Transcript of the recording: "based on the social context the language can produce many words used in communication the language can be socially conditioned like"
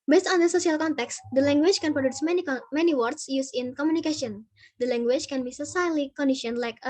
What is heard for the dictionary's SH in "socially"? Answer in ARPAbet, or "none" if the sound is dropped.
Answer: S